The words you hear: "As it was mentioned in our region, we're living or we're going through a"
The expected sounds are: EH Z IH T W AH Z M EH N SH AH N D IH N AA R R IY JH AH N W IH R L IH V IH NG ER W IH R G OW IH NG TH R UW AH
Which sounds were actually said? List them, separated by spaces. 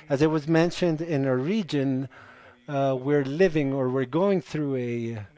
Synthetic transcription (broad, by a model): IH Z IH T W AH Z M EH N SH AH N D IH N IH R R IY JH AH N W IH R L IH V IH NG ER W IH R G OW IH NG TH R UW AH